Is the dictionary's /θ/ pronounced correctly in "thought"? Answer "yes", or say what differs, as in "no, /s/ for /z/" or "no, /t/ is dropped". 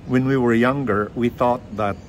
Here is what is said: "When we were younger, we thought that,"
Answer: yes